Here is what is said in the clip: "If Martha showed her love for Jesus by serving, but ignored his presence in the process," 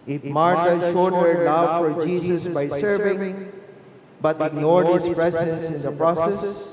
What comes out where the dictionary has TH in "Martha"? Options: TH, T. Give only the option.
T